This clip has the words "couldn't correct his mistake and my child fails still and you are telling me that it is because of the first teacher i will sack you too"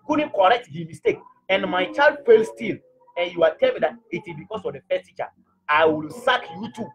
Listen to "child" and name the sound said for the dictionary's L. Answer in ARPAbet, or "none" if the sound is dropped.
L